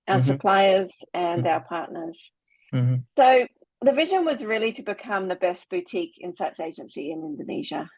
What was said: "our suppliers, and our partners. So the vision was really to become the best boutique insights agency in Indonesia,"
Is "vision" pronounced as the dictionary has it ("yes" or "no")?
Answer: yes